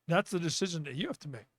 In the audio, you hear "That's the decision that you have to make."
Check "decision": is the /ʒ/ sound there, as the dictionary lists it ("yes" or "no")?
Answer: yes